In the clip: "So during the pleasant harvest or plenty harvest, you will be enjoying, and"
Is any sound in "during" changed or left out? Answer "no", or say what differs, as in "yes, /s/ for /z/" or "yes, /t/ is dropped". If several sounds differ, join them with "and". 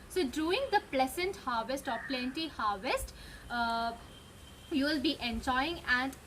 yes, /ɹ/ is dropped